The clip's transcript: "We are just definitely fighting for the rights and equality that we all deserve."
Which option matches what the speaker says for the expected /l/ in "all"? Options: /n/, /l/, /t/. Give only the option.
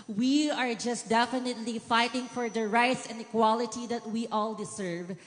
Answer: /l/